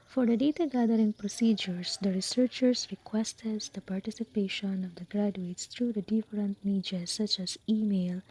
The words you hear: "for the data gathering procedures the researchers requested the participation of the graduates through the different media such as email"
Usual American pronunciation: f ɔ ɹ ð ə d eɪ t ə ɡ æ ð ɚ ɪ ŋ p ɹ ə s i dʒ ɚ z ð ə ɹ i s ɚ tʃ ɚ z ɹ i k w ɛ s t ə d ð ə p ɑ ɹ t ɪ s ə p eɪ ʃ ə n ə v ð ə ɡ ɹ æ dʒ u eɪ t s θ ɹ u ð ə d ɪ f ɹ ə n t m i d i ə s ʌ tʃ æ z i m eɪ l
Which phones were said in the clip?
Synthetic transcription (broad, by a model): f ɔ ɹ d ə d eɪ t ə ɡ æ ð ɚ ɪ ŋ p ɹ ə s i dʒ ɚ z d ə ɹ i s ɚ tʃ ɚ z ɹ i k w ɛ s t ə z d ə p ɑ ɹ t ɪ s ə p eɪ ʃ ə n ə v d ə ɡ ɹ æ dʒ u eɪ t s t ɹ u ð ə d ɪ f ɹ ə n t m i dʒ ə s ʌ tʃ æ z i m eɪ l